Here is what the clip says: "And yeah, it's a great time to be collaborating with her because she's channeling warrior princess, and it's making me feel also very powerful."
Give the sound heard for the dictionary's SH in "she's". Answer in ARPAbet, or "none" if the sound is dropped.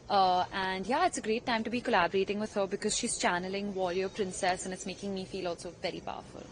SH